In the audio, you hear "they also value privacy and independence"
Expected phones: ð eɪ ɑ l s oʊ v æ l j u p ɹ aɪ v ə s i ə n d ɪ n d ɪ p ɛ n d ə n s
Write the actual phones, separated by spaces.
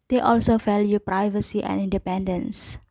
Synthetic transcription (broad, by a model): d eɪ ɑ l s oʊ f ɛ l j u p ɹ aɪ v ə s i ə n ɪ n d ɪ p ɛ n d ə n s